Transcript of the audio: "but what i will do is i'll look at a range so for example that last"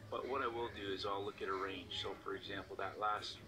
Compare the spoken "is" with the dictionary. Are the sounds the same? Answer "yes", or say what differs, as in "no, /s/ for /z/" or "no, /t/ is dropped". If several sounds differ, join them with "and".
yes